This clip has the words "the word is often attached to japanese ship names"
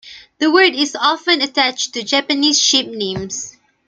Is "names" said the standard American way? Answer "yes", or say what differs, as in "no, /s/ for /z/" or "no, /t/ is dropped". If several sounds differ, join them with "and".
no, /s/ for /z/